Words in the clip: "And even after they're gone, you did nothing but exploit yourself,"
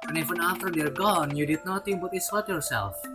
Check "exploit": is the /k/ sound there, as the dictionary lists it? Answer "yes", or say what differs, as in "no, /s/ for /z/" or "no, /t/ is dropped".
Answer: no, /k/ is dropped